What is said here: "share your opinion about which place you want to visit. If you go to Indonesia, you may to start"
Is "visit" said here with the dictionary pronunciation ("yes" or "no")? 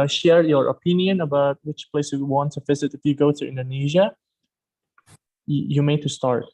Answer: yes